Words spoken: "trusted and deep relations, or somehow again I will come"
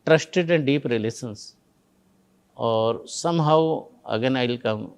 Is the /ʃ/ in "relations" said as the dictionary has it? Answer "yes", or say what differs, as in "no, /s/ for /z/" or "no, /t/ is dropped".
no, /s/ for /ʃ/